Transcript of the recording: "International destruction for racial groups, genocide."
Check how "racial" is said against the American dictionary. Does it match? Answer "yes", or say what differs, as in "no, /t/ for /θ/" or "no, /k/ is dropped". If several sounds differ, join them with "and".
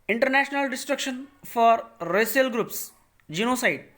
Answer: no, /s/ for /ʃ/